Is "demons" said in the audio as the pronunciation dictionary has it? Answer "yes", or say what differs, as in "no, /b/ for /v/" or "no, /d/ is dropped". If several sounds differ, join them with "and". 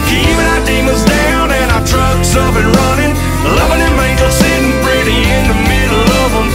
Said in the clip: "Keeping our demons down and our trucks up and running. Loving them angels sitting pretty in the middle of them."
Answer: no, /n/ is dropped